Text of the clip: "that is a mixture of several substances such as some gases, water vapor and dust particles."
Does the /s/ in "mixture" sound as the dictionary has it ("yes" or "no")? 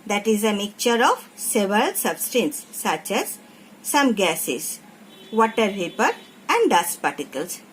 no